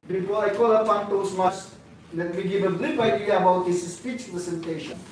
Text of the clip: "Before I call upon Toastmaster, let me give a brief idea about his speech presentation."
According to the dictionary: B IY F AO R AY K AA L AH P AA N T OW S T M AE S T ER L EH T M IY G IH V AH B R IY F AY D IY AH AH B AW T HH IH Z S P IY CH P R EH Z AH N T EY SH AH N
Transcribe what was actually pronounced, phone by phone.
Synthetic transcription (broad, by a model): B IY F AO AY K AA L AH F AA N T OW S M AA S L EH T M IY G IH V AH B L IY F AY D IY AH AH B AW T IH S S P IY CH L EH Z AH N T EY SH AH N